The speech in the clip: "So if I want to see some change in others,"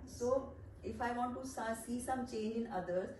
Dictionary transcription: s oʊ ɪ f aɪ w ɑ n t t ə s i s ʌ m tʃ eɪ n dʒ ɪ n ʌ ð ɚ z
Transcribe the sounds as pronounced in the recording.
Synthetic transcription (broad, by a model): s oʊ ɪ f aɪ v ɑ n t s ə s i s ʌ m tʃ eɪ n dʒ ɪ n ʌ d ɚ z